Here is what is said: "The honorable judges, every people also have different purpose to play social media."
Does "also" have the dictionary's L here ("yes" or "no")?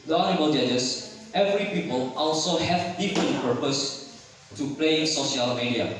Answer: yes